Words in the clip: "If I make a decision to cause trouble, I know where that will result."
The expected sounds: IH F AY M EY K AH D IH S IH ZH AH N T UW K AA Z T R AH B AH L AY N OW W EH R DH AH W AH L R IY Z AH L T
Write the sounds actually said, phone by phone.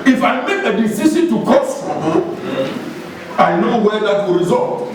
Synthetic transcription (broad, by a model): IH F AY M EY K AH D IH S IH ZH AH N T UW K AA S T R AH AH AY N OW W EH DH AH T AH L R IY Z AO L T